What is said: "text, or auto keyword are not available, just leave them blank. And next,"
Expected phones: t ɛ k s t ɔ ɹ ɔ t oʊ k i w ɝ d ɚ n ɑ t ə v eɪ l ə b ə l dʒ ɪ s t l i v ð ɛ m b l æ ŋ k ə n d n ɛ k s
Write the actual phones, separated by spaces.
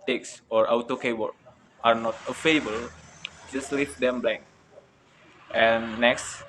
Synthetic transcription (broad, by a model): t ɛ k s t ɔ ɹ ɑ t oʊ k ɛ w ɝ ɑ n ɑ t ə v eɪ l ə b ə l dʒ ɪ s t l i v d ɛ m b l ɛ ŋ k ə n n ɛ k s